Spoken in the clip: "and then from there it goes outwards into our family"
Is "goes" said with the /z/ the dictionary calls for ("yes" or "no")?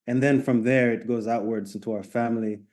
yes